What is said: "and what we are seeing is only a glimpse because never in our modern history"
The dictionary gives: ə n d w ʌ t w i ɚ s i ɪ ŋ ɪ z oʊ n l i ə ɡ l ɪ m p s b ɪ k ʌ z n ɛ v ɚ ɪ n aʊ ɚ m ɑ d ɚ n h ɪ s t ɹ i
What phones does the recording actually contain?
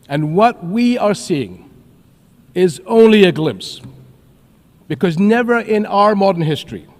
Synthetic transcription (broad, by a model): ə n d w ʌ t w i ɚ s i ɪ ŋ ɪ z oʊ n l i ə ɡ l ɪ m p s b ɪ k ʌ z n ɛ v ɚ ɪ n aʊ ɚ m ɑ d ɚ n h ɪ s t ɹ i